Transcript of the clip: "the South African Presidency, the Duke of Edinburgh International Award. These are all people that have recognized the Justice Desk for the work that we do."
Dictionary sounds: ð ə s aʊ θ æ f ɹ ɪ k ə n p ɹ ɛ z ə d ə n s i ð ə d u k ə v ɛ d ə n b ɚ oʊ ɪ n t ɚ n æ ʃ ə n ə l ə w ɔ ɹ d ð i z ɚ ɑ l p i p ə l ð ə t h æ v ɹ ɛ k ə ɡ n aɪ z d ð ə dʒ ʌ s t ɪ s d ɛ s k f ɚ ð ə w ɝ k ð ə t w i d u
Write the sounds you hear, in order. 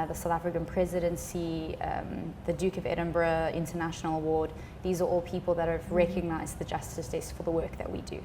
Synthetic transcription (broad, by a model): ð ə s aʊ θ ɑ f ɹ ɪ k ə n p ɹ ɛ z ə d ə n s i ð ə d u k ə v ɛ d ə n b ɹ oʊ ɪ n t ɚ n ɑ ʃ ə n ə l ə w ɔ d ð i z ɚ ɑ l p i p ə l ð ə t h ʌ v ɹ ɛ k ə ɡ n aɪ z ð ə dʒ ʌ s t ɪ s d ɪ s f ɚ ð ə w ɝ k ð ə t w i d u